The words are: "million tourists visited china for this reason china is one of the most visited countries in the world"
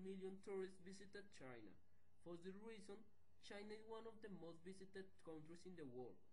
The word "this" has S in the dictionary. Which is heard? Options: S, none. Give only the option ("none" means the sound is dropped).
none